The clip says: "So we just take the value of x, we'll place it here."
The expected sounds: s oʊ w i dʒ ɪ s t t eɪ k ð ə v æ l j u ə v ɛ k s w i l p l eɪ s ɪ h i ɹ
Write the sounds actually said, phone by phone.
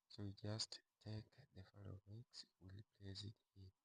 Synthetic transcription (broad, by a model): s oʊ w i dʒ ɪ s t t eɪ k ð ə f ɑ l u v ɛ k s w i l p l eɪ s ɪ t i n